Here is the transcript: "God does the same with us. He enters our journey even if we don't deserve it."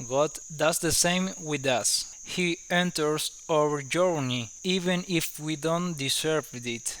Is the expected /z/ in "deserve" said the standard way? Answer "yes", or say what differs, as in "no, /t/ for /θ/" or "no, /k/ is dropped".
no, /s/ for /z/